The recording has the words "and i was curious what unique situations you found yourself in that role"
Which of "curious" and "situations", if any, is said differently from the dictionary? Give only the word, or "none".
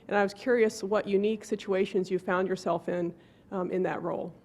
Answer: none